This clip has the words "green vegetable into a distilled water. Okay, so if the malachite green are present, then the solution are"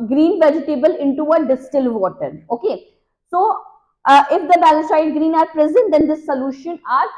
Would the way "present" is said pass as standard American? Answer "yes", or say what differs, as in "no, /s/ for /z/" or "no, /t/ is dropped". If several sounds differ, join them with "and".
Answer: yes